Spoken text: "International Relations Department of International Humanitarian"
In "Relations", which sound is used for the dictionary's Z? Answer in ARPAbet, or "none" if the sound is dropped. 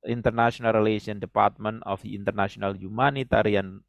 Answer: none